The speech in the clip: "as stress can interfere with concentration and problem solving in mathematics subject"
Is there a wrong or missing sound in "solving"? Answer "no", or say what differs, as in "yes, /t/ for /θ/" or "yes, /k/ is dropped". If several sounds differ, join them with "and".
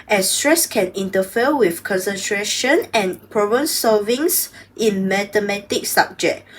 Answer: yes, /l/ is dropped